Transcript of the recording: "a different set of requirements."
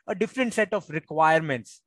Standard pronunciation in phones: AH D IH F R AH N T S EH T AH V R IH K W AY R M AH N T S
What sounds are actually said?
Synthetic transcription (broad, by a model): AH D IH F R AH N T S EH T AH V R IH K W AY R M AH N T S